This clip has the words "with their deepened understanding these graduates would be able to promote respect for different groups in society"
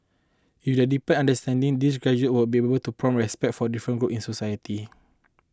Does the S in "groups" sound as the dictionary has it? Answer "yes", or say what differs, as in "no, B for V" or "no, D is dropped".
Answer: no, S is dropped